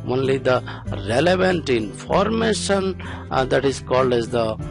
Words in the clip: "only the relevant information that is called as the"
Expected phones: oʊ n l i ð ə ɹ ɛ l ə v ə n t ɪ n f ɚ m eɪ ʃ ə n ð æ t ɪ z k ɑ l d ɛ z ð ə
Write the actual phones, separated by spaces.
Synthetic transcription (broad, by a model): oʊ n l i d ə ɹ ɛ l ə v ə n t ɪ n f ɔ m eɪ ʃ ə n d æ t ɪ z k ɑ l d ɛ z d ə